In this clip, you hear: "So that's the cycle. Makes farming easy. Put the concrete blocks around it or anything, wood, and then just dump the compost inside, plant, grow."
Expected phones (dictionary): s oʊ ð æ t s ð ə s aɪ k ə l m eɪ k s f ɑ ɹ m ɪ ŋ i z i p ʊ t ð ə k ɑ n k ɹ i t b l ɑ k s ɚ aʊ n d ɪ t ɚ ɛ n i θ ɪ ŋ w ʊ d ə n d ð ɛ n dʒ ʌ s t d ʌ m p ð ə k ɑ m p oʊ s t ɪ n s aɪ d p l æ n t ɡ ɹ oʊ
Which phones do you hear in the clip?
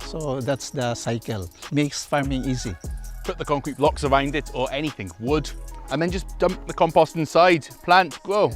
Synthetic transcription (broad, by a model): s oʊ ð æ t s ð ə s aɪ k ə l m eɪ k s f ɑ ɹ m ɪ ŋ i z i p ʊ t ð ə k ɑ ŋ k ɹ i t b l ɑ k s ɚ aʊ n d ɪ t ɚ ɛ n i θ ɪ ŋ w ʊ d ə n ð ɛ n dʒ ʌ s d ʌ m p ð ə k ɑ m p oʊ s t ɪ n s aɪ d p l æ n t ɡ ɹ oʊ